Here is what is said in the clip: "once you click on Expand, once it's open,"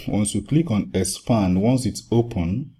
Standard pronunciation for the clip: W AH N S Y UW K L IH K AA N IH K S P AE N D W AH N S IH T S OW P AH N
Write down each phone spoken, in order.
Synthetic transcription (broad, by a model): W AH N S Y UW K L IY K AA N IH S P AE N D W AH N S IH T S OW P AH N